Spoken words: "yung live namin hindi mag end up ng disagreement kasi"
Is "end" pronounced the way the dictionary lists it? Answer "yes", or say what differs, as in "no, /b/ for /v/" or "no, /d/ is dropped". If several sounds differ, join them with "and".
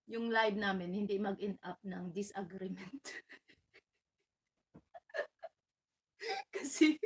no, /d/ is dropped